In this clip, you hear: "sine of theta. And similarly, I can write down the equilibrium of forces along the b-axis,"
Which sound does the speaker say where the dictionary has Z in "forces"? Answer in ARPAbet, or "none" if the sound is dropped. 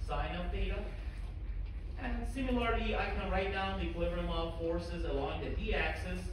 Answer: Z